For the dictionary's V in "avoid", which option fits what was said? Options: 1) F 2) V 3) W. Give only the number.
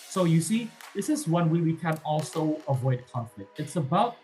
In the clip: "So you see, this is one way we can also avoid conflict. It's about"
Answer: 2